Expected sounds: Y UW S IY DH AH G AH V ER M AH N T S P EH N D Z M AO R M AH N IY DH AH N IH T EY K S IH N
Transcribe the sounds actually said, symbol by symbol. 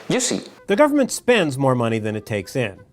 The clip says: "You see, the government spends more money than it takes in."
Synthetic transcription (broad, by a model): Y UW S IY DH AH G AH V ER M AH N T S P EH N D Z M AO R M AH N IY DH AH N IH T EY K S IH N